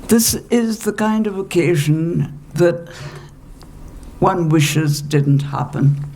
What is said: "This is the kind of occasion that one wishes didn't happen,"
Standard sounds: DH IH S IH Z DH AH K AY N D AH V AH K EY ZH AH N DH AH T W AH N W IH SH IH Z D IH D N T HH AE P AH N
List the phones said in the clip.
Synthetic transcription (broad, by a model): DH IH S IH Z DH AH K AY N D AH V AH K EY ZH AH N DH AH T W AH N W IH SH IH Z D IH D N T HH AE P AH N